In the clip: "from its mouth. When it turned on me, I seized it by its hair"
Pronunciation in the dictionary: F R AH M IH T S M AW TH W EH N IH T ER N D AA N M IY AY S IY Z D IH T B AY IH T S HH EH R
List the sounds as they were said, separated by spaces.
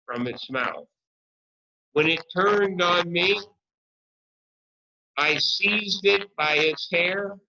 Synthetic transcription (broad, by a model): F R AH M IH T S M AW TH W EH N IH T ER N D N M IY AY S IY Z D IH T B AY IH T S HH EH R